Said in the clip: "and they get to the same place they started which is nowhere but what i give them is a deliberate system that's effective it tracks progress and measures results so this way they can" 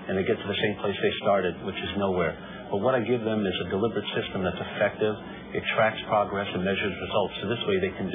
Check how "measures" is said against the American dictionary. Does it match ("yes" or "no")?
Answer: yes